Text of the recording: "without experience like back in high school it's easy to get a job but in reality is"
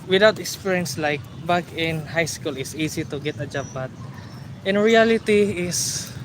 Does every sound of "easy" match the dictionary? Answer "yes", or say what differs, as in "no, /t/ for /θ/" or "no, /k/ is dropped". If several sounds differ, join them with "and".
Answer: no, /s/ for /z/